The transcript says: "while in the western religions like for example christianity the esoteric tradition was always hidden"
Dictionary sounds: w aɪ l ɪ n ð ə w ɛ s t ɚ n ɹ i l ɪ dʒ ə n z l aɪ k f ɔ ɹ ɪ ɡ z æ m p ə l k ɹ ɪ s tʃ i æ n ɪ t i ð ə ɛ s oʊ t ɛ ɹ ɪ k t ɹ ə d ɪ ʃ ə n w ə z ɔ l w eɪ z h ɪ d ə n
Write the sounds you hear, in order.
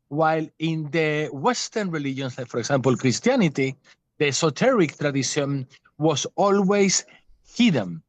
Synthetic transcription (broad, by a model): w aɪ l ɪ n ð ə w ɛ s t ɚ n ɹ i l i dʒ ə n s l aɪ k f ɔ ɹ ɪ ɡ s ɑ m p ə l k ɹ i s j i n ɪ t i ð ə s oʊ t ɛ ɹ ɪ k t ɹ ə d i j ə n w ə s ɔ l w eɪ s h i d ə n